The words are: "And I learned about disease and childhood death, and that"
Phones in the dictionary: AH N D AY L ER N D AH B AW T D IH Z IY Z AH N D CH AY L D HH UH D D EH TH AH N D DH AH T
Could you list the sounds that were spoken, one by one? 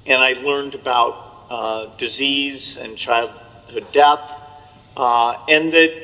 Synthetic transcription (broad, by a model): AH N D AY L ER N D AH B AW T D IH Z IY Z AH N CH AY L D HH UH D D EH TH AH N D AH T